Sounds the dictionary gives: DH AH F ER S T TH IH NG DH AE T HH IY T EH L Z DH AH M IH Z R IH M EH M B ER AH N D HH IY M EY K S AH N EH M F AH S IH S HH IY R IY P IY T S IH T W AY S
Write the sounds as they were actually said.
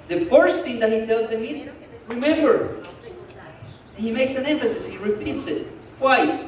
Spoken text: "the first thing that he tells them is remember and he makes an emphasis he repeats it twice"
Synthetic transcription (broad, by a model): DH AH F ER S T TH IH NG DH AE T HH IY T EH L Z DH AH M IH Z R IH M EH M B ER AH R HH IY M EY K S AH N EH M F AH S IH S HH IY R IY P IY T S IH T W AY S